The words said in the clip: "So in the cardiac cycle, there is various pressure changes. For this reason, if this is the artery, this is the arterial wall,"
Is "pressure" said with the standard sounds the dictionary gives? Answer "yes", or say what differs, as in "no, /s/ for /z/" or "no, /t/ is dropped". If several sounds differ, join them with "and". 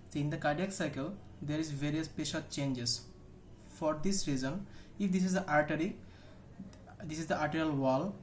no, /ɹ/ is dropped